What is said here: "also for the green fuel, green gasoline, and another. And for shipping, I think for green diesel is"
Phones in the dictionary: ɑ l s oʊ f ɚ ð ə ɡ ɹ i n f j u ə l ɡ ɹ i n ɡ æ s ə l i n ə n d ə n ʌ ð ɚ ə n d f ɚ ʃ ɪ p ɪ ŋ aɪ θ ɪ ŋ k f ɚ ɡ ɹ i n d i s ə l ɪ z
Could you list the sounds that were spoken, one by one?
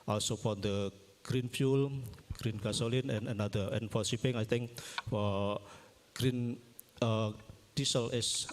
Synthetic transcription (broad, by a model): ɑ l s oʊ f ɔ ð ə ɡ ɹ i n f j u l ɡ ɹ i n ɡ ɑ s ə l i n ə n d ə n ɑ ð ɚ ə n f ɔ s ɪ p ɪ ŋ aɪ t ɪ ŋ k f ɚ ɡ ɹ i n d i s ə l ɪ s